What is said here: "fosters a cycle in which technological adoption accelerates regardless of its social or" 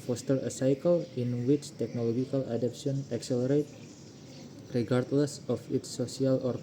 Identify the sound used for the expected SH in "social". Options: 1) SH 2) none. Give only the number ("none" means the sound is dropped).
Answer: 2